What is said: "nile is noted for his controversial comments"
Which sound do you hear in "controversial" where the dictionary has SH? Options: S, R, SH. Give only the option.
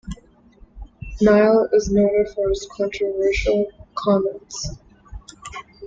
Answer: SH